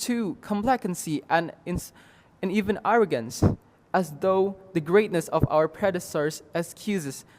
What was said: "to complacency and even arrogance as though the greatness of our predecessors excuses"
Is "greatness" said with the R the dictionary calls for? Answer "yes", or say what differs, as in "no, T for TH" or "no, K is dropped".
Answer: yes